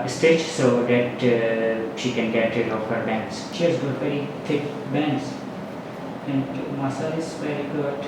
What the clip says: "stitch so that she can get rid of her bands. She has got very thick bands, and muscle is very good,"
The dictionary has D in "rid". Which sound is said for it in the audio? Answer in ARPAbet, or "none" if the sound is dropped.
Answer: none